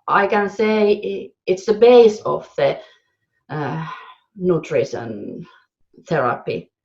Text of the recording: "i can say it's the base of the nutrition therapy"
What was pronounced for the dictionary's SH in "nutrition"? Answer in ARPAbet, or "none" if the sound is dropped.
S